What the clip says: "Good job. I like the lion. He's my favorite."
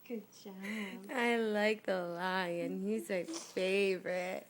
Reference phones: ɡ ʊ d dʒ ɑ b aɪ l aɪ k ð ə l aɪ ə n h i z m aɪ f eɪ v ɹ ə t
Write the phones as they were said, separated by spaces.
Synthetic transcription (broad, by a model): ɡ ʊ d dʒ ɑ ɪ l aɪ k ð ə l aɪ ə n h i z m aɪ f eɪ v ɹ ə t